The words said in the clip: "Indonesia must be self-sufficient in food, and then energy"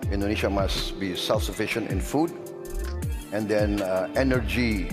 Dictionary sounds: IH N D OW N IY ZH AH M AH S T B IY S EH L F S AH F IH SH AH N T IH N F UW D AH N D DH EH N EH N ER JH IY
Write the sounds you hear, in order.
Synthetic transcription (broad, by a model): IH N D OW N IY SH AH M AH S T B IY S EH L F S AH F IH SH AH N T IH N F UW D AH N D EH N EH N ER JH IY